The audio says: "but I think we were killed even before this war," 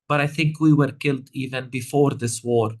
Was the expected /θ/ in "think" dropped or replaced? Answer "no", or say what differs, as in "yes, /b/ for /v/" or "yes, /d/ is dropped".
no